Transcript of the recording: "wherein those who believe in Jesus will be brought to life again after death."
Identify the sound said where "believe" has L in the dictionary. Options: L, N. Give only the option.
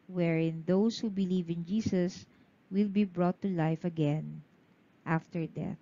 L